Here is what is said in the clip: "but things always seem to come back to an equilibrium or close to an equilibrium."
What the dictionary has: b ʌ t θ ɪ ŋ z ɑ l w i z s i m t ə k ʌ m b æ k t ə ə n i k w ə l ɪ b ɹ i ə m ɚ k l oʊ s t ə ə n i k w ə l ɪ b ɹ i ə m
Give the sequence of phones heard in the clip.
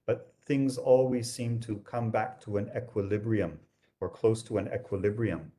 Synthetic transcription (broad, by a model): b ʌ t θ ɪ ŋ z ɑ l w i z s i m t ə k ʌ m b æ k t ə ə n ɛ k w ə l ɪ b ɹ i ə m ɚ k l oʊ s t ə ə n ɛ k w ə l ɪ b ɹ i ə m